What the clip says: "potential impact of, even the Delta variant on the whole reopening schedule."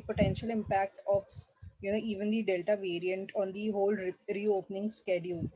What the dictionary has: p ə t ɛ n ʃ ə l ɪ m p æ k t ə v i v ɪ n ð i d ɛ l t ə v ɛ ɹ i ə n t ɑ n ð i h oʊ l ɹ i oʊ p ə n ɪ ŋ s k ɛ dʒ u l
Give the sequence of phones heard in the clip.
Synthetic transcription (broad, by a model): p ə t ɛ n ʃ ə l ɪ m p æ k t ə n i v ɪ n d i d ɛ l t ə v ɛ ɹ i ə n t ɑ n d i h oʊ l ɹ i oʊ p ə n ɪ ŋ s k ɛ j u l